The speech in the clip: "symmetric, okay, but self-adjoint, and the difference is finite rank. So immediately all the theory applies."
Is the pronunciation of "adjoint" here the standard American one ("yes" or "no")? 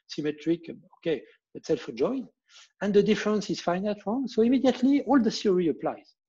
no